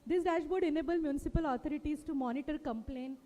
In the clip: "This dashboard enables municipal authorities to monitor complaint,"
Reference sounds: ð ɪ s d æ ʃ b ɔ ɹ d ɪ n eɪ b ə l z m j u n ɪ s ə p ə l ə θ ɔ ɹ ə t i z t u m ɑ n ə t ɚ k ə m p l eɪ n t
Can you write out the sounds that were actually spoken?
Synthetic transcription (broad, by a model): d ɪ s d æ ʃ b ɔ ɹ d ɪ n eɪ b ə l m j u n ɪ s ə p ə l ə t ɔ ɹ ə t i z t u m ɑ n ə t ɚ k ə m p l eɪ n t